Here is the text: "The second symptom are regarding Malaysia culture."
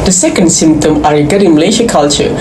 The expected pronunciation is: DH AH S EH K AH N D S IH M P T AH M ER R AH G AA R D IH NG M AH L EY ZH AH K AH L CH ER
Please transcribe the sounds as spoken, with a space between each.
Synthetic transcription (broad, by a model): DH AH S EH K AH N D S IH M P T AH M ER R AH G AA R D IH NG M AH L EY SH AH K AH L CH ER